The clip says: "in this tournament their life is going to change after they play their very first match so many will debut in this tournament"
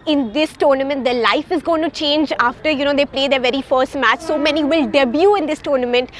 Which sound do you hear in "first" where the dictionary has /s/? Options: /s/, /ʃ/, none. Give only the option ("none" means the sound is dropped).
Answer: /s/